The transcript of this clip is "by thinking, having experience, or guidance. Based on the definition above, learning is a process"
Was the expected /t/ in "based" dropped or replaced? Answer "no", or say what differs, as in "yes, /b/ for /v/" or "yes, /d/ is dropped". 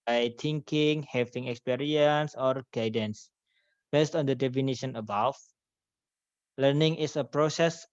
no